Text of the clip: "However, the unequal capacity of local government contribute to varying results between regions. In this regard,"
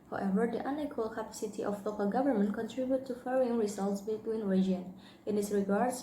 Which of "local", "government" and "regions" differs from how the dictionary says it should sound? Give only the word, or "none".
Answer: regions